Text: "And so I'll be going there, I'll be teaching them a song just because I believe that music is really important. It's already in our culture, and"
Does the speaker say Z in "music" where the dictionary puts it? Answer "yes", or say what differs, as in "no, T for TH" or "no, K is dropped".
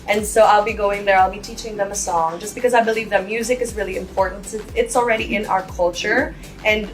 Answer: yes